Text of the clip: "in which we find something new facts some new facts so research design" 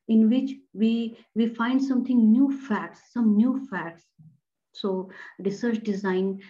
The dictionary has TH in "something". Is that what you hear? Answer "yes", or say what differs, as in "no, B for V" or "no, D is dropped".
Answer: no, T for TH